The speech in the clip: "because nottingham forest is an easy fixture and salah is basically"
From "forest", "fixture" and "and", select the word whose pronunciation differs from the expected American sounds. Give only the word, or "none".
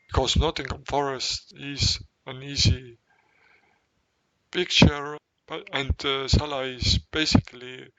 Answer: fixture